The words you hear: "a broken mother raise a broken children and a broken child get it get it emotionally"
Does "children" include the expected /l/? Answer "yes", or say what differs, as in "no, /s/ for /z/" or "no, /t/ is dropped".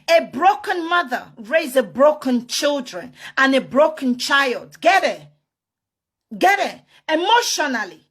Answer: yes